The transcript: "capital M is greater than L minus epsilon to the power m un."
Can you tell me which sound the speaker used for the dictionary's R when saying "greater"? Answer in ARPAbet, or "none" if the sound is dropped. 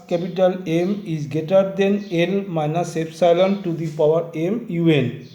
none